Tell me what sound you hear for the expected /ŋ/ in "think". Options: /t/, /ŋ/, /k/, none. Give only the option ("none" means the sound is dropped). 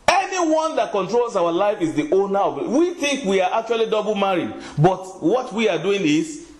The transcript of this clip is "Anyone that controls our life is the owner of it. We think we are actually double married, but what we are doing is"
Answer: /ŋ/